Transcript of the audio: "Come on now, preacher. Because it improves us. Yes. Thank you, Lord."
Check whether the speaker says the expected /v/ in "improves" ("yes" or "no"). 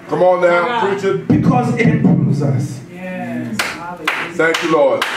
no